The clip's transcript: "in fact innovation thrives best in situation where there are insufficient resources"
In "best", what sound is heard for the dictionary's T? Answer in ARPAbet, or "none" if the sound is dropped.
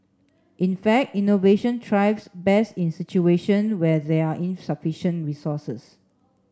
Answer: none